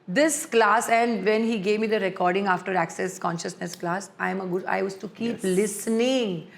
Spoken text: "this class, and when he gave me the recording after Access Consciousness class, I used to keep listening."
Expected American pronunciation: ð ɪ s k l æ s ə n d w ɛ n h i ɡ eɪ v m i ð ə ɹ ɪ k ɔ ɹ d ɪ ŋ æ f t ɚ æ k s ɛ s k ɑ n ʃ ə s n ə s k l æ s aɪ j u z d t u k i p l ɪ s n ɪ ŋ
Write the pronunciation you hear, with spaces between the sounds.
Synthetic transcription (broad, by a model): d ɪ s k l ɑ s ə n d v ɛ n h i ɡ eɪ v m i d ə ɹ ɪ k ɔ ɹ d ɪ ŋ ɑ f t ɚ æ k s ɛ s k ɑ n ʃ ə s n ə s k l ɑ s aɪ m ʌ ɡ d t u k i p l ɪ s n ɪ ŋ